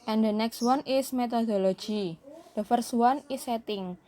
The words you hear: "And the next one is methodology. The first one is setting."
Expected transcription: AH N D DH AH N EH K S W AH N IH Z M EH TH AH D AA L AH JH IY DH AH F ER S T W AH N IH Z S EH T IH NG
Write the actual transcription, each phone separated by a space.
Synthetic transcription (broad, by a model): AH N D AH N EH K S W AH N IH S M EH T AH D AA L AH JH IY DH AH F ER S W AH N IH S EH T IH NG